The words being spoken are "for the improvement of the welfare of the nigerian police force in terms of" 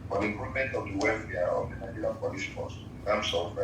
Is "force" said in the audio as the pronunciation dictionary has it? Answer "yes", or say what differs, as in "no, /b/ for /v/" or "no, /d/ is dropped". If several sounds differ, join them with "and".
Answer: no, /p/ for /f/